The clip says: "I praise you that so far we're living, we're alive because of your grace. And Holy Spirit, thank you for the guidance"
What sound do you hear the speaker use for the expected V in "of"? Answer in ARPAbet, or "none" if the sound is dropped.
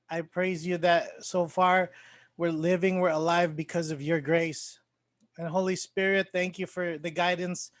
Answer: V